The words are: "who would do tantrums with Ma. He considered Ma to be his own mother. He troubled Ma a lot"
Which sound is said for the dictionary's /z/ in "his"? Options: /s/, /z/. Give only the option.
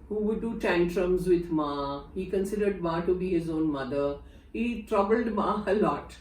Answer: /z/